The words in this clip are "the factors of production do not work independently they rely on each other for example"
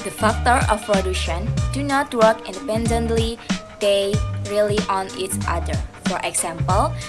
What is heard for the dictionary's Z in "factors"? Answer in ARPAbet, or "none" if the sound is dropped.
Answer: none